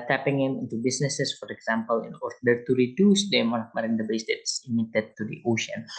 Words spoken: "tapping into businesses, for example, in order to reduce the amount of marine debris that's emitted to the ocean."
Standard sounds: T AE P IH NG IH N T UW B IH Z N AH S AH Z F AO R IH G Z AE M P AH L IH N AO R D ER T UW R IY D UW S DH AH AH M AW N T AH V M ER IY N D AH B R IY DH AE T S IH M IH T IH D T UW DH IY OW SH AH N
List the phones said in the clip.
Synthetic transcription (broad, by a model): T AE P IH NG IH N T UW B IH S N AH S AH S F AO R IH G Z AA M P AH L IH N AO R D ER T UW R IY D UW S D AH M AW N AH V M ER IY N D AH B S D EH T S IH M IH T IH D T UW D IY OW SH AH N